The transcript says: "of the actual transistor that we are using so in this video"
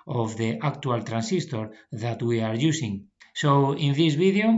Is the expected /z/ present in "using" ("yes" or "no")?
no